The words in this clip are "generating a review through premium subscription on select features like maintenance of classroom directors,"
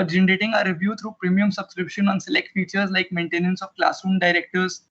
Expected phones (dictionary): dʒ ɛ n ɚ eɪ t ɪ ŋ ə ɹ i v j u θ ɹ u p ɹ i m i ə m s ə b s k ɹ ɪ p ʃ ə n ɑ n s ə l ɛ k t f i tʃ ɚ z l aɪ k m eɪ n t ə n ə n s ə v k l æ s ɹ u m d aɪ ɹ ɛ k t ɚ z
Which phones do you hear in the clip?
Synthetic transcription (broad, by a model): dʒ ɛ n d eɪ t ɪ ŋ ə ɹ i v j u t ɹ u p ɹ i m i ə m s ə b s k ɹ ɪ p ʃ ə n ɑ n s ə l ɛ k t f i tʃ ɚ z l aɪ k m eɪ n t ə n ə n s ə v k l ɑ s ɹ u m d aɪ ɹ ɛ k t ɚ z